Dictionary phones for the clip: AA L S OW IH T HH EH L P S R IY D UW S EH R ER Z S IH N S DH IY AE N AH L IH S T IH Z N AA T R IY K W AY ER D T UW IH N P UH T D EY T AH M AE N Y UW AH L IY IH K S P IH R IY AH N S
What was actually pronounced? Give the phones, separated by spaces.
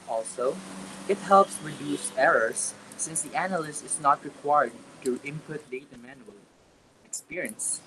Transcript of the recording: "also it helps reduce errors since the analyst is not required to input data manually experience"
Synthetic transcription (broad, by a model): AA L S OW IH T HH EH L P S R IY D UW S EH R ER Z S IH N S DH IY AE N AH L IH S T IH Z N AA T R IY K W AY ER D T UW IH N P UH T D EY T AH M AE N Y UW AH L IY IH K S P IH R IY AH N S